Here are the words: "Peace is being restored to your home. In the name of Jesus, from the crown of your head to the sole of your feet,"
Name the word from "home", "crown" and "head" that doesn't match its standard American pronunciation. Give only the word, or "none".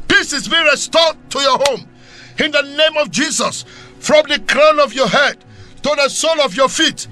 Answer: none